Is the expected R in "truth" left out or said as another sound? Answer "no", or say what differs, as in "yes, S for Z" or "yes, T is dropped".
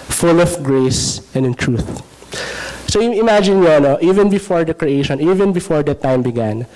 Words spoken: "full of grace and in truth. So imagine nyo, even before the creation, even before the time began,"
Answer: no